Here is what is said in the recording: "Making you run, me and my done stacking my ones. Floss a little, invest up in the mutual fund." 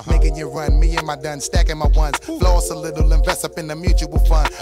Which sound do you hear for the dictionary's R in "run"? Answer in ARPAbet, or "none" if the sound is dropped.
R